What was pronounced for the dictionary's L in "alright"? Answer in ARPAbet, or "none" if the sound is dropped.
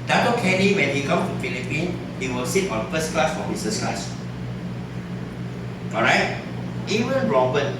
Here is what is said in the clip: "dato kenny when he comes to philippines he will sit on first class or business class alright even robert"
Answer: none